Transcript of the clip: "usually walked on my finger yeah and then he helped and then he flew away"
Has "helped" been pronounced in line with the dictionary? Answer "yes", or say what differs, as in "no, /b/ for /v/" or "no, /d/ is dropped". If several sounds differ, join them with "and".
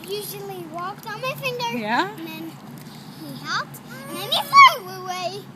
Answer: yes